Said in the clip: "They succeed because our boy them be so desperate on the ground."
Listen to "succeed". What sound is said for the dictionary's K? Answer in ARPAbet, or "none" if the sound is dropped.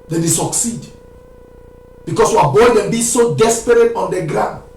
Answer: K